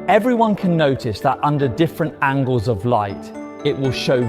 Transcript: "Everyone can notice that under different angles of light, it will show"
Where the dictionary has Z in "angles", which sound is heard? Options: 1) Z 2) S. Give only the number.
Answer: 1